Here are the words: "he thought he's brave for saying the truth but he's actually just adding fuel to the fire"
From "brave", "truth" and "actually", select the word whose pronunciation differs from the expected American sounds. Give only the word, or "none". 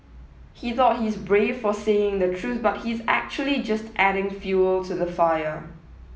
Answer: none